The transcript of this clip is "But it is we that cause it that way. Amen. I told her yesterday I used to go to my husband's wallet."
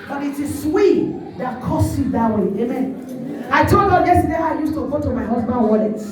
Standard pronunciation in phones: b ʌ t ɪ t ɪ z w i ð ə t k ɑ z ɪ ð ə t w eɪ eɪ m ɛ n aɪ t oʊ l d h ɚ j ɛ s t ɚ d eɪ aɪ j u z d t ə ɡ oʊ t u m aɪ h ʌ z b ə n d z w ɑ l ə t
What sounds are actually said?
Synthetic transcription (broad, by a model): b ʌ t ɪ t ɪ s w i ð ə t k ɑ s ɪ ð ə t w eɪ eɪ m ɛ n aɪ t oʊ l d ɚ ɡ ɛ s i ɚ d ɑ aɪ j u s t ə ɡ oʊ t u m aɪ h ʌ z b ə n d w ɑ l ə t